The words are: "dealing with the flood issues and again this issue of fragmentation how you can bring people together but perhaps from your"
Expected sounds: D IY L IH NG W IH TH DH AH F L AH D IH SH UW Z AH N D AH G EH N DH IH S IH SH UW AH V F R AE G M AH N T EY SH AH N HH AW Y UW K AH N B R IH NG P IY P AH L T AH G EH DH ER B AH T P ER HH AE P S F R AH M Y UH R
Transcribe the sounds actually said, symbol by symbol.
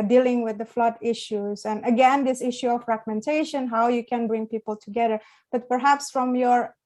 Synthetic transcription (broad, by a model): D IY L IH NG W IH DH AH F L AH D IH SH UW Z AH N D AH G EH N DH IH S IH SH UW AH V F R AE G M AH N T EY SH AH N HH AW Y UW K AH N B R IH NG P IY P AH L T AH G EH DH ER B AH T P ER HH AE P S F R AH M Y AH R